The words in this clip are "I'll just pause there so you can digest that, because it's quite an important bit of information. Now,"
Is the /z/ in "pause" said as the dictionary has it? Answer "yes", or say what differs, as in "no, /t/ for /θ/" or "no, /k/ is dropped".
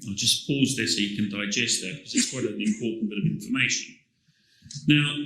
yes